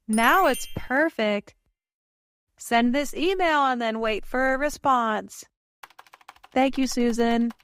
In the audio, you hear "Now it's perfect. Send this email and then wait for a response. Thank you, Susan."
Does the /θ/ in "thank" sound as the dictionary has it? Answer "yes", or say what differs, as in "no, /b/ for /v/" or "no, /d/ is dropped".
yes